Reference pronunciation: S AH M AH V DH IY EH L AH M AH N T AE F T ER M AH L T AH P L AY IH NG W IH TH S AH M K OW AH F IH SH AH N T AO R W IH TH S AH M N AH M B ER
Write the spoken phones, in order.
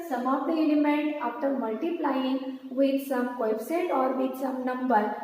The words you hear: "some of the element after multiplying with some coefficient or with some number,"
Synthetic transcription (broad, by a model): S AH M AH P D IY EH L AH M AH N T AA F T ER M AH L T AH P L AY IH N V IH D S AH M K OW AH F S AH T AO R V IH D S AH M N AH M B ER